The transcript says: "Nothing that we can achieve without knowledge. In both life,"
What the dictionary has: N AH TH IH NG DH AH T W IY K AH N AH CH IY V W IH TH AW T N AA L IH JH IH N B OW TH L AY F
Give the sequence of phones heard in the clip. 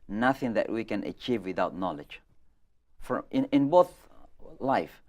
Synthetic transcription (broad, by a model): N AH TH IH NG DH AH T W IY K AH N AH CH IY V W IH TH AW T N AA L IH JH IH N B OW TH L AY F